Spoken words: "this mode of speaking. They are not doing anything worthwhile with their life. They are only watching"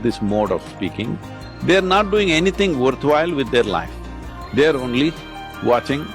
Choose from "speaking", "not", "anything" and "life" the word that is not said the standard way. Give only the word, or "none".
anything